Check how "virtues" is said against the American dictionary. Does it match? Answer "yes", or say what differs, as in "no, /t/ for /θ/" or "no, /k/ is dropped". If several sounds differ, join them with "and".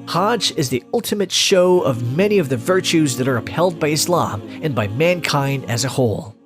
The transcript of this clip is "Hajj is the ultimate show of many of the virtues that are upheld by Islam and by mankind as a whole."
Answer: yes